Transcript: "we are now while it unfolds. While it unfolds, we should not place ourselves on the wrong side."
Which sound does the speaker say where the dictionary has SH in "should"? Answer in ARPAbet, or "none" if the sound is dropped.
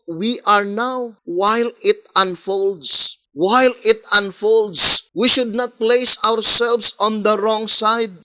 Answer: SH